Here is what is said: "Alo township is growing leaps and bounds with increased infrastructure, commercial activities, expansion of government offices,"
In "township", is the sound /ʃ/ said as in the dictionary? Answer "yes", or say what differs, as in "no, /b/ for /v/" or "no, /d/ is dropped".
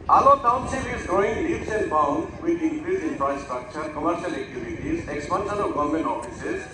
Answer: no, /s/ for /ʃ/